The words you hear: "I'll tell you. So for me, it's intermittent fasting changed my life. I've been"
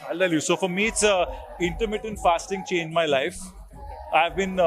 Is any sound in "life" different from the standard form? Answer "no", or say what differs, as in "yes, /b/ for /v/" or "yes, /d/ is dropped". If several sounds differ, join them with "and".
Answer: no